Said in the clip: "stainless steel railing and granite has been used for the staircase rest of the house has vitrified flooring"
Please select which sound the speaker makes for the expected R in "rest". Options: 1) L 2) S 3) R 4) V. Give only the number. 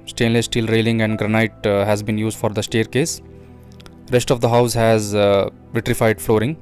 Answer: 3